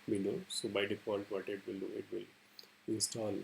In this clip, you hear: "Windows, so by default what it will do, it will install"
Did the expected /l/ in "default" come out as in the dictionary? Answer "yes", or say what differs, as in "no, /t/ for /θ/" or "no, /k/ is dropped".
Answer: no, /n/ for /l/